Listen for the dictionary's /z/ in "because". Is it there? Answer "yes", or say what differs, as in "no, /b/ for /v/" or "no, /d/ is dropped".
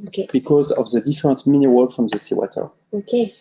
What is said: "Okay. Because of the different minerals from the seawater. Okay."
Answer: yes